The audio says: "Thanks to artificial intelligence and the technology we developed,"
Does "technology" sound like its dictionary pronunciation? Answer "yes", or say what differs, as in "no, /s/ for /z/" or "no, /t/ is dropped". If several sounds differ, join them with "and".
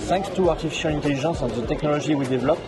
no, /ʒ/ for /dʒ/